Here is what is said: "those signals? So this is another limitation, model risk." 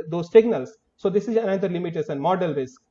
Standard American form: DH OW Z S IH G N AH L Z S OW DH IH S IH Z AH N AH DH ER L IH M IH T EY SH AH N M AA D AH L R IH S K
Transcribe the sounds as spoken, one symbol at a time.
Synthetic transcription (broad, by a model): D OW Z S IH G N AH L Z S OW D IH S IH Z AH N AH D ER L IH M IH T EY S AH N M AA D AH L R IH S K